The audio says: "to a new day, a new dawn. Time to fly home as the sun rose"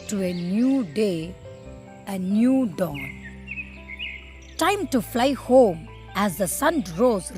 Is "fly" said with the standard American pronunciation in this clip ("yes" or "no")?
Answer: yes